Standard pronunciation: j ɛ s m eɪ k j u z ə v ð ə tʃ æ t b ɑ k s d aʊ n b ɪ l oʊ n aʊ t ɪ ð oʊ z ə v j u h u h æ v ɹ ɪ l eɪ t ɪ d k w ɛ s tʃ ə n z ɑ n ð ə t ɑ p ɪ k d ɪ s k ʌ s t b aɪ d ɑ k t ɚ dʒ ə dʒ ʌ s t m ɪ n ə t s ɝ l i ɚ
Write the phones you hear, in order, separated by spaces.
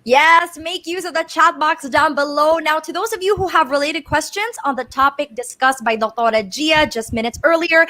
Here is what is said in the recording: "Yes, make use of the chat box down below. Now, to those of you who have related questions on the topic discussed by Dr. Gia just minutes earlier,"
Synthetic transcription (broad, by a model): j ɛ s m eɪ k j u z ə v ð ə tʃ æ t b ɑ k s d aʊ n b ɪ l oʊ n aʊ t ɪ ð oʊ z ə v j u h u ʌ v ɹ ɪ l eɪ t ɪ d k w ɛ s tʃ ə n z n ð ə t ɑ p ɪ k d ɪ s k ʌ s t b aɪ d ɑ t t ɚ dʒ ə dʒ ʌ s t m ɪ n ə t s ɝ l i ɚ